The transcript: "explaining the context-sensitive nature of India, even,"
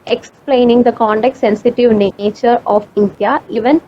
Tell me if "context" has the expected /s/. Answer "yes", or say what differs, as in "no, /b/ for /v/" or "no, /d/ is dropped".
no, /s/ is dropped